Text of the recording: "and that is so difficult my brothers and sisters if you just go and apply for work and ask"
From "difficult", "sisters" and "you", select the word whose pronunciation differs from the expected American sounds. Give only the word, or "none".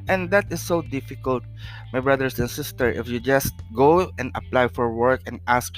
sisters